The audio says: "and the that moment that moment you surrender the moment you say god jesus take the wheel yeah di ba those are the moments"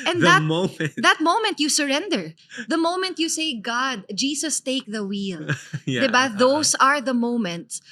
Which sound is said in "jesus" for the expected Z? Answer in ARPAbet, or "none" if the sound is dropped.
S